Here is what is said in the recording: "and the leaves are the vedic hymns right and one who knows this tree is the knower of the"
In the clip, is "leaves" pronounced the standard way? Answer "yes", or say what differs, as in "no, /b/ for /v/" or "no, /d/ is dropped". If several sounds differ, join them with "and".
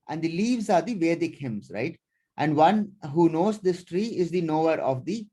yes